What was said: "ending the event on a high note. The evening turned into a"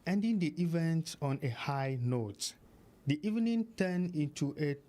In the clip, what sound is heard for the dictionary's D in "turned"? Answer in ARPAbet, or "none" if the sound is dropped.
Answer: none